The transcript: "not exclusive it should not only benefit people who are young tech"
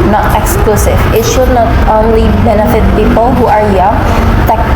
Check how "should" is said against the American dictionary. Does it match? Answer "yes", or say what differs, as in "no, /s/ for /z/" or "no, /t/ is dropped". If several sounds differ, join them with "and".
yes